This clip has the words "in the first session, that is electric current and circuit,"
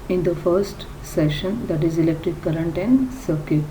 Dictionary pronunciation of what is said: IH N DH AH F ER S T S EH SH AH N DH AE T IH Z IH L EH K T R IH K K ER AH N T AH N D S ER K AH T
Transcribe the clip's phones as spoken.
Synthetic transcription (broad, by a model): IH N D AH F ER S T S EH SH AH N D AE T IH Z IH L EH K T IH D K ER AH N T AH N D S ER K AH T